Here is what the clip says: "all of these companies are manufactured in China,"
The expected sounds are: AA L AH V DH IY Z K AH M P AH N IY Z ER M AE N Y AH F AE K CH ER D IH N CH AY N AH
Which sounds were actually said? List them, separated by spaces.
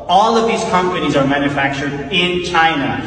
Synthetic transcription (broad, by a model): AA L AH V DH IY Z K AH M P AH N IY Z ER M AE N Y AH F AE K CH ER D IH N CH AY N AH